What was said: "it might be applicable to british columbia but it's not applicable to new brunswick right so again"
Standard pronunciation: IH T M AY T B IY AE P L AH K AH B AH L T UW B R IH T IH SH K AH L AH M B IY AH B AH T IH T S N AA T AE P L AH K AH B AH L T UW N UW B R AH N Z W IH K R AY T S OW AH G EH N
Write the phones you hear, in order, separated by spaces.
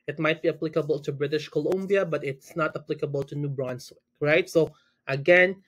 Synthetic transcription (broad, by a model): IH T M AY T B IY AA P L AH K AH B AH L T UW B R IH T IH SH K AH L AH M B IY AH B AH T IH T S N AA T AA P L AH K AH B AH L T UW N UW B R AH N S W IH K R AY T S OW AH G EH N